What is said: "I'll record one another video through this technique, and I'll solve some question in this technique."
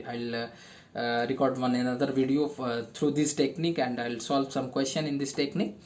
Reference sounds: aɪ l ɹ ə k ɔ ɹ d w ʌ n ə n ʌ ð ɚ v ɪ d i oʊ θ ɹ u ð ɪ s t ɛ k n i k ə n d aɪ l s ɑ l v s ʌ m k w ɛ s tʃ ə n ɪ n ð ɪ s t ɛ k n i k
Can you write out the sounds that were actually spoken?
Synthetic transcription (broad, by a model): aɪ l ɹ ə k ɔ ɹ d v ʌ n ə n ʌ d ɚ v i d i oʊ t ɹ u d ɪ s t ɛ k n i k ə n d aɪ l s ɑ l v s ʌ m k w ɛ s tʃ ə n ɪ n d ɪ s t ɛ k n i k